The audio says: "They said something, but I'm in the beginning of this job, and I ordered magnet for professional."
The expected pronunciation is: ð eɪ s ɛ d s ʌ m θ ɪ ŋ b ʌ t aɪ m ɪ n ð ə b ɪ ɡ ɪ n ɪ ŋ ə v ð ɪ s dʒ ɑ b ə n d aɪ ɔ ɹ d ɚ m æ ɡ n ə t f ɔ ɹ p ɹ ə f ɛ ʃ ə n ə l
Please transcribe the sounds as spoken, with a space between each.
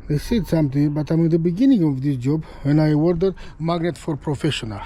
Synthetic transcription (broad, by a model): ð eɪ s ɛ d s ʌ m t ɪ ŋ b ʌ t aɪ m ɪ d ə b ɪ ɡ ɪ n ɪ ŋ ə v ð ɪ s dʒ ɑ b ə n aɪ ɔ ɹ d ɚ m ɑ ɡ n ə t f ɔ ɹ p ɹ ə f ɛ ʃ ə n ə l